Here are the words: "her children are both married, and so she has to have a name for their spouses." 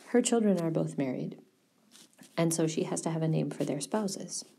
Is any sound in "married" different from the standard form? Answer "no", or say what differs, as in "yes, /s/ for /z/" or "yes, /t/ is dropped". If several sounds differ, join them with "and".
no